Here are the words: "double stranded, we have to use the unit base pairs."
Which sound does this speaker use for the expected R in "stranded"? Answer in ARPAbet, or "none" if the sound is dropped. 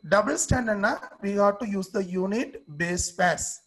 none